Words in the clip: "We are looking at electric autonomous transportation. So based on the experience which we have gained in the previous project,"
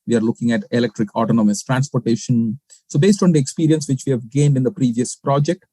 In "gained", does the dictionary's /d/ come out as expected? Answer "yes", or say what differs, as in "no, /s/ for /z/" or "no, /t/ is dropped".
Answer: yes